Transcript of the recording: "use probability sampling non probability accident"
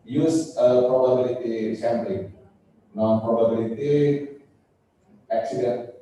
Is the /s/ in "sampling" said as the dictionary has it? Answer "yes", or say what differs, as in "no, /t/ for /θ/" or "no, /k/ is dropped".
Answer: no, /ʃ/ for /s/